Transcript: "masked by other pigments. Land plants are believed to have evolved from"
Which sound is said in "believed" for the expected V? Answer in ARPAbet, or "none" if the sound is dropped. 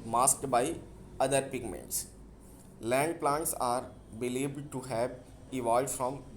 B